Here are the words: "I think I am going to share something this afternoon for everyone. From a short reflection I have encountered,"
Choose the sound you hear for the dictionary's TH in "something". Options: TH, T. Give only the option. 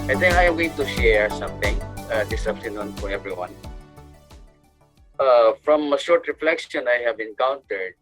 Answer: T